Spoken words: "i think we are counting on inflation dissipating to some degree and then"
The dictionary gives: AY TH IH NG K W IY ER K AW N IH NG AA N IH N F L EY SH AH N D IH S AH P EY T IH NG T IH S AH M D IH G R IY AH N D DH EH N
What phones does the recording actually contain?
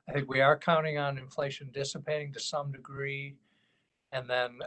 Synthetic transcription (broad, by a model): AY TH IH NG K W IY ER K AW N IH NG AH N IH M F L EY SH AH N D IH S AH P EY T IH NG T IH S AH M D IH G R IY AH N DH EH N